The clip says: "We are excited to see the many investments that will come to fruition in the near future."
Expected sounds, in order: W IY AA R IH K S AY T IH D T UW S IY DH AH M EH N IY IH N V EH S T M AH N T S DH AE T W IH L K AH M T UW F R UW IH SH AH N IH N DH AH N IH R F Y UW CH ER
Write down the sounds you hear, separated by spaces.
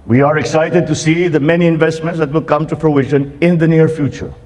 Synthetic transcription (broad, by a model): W IY AA R IH K S AY T IH D T UW S IY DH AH M EH N IY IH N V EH S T M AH N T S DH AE T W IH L K AH M T UW P R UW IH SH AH N IH N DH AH N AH R F Y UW CH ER